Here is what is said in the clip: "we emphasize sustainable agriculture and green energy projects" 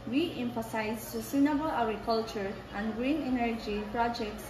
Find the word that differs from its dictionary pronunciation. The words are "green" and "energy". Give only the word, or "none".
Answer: none